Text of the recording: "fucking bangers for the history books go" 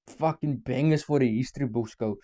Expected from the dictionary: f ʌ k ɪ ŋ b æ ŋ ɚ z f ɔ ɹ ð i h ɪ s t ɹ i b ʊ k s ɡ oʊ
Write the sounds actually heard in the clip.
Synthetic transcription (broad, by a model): f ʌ k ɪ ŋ b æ ŋ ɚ s f ɔ ɹ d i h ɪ s t ɹ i b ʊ s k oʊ